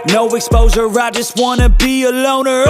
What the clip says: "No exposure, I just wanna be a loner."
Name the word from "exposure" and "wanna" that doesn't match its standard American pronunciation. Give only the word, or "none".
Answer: exposure